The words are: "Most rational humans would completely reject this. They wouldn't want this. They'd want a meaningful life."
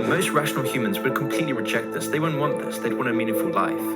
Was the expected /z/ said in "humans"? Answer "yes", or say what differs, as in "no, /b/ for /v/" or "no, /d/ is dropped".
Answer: yes